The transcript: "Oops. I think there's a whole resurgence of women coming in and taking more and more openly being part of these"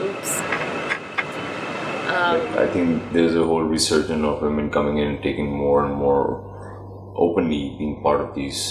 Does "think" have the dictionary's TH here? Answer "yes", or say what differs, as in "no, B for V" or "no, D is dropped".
no, T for TH